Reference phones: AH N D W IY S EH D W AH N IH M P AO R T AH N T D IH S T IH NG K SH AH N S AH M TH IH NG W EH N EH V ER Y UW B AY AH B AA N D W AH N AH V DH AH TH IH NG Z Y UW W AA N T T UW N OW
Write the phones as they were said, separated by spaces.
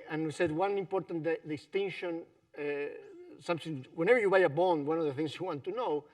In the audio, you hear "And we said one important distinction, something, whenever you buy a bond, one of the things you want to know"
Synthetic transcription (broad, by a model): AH N W IY S EH D W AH N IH M P AO R T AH N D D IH S T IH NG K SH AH N S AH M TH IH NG W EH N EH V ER Y UW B AY AH B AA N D W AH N AH V DH AH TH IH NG S Y UW W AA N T T UW N OW